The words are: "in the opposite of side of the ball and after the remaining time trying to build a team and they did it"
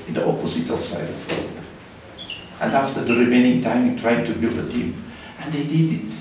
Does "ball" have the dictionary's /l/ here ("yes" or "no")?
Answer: no